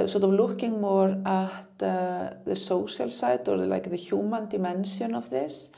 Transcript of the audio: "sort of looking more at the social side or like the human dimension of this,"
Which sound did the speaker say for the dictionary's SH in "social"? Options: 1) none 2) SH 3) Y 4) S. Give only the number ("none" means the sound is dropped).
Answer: 4